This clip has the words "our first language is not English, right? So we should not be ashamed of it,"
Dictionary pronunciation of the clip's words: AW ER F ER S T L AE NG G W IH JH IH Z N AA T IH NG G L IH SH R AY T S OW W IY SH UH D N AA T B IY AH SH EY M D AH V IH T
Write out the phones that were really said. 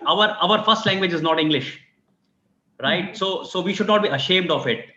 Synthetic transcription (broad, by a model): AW ER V ER S T L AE NG G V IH JH IH Z N AA T IH NG G L IH SH R AY T S OW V IY SH UH D N AA T B IY AH SH EY M D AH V IH T